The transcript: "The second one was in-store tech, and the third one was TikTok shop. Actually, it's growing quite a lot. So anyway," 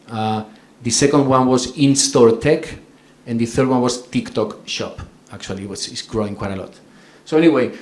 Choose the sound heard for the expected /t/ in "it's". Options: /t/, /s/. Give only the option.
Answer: /s/